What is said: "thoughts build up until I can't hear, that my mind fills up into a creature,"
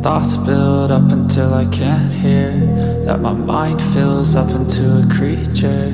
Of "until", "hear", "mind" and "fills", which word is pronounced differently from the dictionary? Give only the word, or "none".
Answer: none